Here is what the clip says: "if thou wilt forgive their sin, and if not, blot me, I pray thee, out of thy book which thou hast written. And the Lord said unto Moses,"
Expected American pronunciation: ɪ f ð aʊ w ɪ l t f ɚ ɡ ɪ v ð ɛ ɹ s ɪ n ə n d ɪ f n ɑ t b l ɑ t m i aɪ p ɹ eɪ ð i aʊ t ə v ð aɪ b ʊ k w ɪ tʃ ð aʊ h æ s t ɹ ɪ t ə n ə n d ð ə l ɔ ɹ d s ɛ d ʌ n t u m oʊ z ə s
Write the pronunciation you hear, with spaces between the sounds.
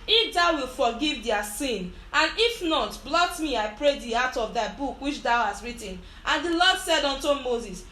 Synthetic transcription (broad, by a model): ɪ f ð aʊ w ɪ l f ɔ ɡ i v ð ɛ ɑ s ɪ n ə n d ɪ f n ɑ t b l ɑ t m i aɪ p ɹ eɪ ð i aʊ t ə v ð aɪ b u k w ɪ tʃ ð aʊ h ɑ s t ɹ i t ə n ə n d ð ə l ɔ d s ɛ d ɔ n t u m oʊ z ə s